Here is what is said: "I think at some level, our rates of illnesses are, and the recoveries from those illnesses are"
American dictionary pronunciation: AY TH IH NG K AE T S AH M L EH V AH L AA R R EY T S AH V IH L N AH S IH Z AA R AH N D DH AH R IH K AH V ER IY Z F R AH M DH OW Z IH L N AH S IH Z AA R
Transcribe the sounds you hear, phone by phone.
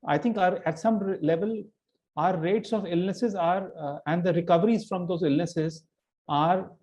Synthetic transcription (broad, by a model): AY T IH NG K AE T S AH M L EH V AH L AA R R EY T S AH V IH L N AH S IH Z AA R AH N D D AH R IH K AH V ER IY Z F R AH M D OW Z IH L N AH S IH Z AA R